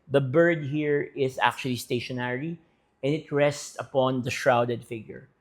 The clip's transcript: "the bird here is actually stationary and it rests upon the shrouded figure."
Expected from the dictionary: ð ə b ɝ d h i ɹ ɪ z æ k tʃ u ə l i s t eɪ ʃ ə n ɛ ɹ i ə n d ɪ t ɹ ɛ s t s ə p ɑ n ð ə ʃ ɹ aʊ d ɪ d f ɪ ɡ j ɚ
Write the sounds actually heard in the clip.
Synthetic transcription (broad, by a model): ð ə b ɝ d h i ɹ ɪ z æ k tʃ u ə l i s t eɪ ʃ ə n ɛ ɹ i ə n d ɪ t ɹ ɛ s t s ə p ɑ n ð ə ʃ ɹ aʊ d ɪ d f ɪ ɡ j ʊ